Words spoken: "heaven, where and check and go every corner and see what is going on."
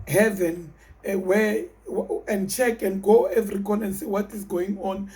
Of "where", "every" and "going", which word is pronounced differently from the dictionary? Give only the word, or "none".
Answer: where